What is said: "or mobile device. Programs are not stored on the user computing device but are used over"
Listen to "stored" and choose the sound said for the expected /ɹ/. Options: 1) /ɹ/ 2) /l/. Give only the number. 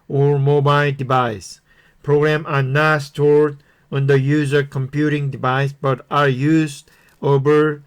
1